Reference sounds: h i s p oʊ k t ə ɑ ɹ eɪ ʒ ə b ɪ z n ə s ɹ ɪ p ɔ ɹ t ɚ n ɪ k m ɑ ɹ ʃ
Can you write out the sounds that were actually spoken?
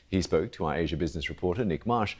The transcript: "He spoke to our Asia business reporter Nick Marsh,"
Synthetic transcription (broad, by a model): h i s p oʊ k t ə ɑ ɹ eɪ ʒ ə b ɪ z n ə s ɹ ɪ p ɔ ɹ t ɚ n ɪ k m ɑ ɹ ʃ